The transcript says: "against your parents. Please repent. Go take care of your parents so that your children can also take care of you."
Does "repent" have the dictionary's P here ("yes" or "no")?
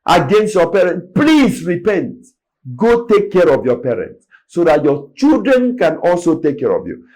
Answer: yes